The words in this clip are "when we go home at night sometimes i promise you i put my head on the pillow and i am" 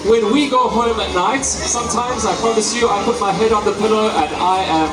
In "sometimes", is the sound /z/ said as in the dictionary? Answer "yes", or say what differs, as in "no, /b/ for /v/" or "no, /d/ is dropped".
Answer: yes